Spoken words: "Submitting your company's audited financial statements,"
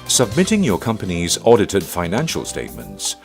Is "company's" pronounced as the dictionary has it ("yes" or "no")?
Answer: yes